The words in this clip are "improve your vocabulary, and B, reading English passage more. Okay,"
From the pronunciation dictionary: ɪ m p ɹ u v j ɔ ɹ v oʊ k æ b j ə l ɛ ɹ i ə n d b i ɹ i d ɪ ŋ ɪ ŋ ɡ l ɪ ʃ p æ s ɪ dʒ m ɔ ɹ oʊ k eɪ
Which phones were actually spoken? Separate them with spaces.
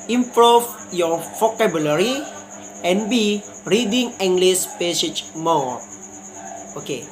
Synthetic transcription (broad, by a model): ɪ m p ɹ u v j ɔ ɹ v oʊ k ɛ b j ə l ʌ ɹ i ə n b i ɹ i d ɪ ŋ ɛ ŋ ɡ l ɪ s p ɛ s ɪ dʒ m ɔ oʊ k eɪ